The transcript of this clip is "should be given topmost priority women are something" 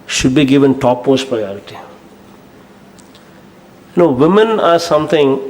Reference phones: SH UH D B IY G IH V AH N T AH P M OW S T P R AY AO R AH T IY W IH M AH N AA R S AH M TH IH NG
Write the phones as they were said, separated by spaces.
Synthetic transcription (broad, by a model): SH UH D B IY G IH V AH N T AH P OW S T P R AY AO R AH T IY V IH M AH N AA R S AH M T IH NG